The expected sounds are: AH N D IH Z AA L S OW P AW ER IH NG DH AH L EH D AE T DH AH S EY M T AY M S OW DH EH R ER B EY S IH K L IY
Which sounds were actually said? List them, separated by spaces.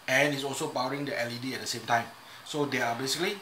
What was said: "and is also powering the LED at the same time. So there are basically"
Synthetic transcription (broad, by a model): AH N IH S AA L S OW P AW ER IH NG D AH L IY D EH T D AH S EY M T AY M S OW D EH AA B EY S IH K L IY